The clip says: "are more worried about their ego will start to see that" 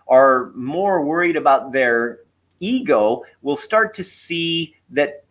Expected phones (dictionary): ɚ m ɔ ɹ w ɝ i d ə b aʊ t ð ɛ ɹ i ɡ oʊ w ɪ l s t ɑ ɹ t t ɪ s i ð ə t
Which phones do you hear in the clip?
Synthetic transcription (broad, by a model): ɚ m ɔ ɹ w ɝ i d ə b aʊ t ð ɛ ɹ i ɡ oʊ w ɪ l s t ɑ ɹ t t ɪ s i ð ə t